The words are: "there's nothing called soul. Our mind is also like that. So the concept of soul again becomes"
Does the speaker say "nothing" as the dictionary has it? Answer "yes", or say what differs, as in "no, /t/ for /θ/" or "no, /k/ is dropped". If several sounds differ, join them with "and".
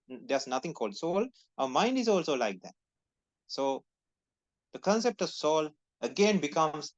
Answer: no, /t/ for /θ/